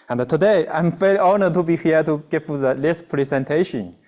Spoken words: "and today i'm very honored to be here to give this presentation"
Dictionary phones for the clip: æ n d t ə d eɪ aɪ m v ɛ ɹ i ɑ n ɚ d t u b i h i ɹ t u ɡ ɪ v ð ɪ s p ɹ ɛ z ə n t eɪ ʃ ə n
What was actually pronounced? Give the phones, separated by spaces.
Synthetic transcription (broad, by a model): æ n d t ə d eɪ aɪ m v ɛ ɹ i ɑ n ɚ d t u b i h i t u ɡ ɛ f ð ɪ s p ɹ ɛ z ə n t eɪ ʃ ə n